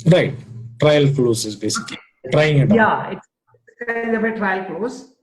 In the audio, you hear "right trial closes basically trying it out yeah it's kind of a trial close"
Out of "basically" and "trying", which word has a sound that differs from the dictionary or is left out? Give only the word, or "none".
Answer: basically